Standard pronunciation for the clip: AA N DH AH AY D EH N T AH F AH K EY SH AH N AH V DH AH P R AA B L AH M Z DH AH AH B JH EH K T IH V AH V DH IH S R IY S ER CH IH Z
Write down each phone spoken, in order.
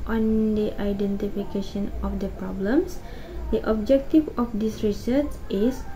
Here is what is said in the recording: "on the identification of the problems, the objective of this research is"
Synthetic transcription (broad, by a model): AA N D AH AY D EH N T AH F AH K EY SH AH N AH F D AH P R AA B L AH M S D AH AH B JH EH K T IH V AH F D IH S R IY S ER S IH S